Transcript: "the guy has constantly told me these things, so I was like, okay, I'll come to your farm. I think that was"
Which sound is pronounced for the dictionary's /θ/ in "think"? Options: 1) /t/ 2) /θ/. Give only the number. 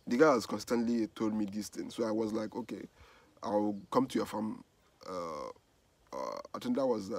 1